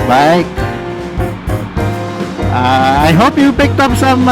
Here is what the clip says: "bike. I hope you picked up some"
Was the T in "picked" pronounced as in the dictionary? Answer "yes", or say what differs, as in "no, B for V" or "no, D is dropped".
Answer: yes